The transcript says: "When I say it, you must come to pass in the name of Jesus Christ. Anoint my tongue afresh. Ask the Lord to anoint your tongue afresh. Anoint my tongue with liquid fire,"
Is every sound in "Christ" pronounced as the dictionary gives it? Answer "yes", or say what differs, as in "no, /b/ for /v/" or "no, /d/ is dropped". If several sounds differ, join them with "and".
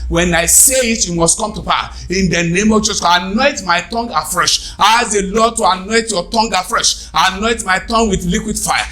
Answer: no, /ɹ/ is dropped